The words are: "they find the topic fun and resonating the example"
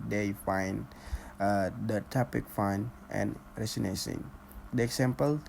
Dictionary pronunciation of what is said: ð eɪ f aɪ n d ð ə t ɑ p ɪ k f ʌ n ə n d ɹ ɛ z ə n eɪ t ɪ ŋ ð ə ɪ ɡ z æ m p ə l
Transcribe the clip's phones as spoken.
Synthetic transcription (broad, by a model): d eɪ f aɪ n d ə t ɑ p ɪ k f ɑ n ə n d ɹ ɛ s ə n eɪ s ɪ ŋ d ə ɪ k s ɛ m p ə l